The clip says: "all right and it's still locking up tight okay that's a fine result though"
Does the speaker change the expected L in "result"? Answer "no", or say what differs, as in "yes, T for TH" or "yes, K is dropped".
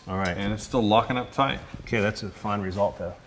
no